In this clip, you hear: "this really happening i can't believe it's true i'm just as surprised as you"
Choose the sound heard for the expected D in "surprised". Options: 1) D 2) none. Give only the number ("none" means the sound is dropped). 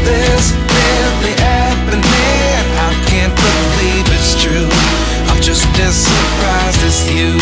2